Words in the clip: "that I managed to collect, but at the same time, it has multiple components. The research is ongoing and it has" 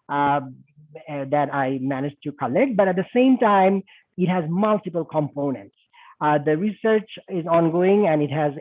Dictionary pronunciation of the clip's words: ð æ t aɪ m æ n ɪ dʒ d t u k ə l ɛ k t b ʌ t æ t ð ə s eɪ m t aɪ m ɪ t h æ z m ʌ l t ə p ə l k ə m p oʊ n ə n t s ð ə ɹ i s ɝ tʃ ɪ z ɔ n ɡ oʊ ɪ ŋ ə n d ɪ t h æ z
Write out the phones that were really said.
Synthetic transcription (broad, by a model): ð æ t aɪ m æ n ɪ dʒ t u k ə l ɛ k t b ʌ t æ t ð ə s eɪ m t aɪ m ɪ t h æ z m ʌ l t ə p ə l k ə m p oʊ n ə n t s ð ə ɹ i s ɝ tʃ ɪ z ɔ n ɡ oʊ ɪ ŋ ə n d ɪ t h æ z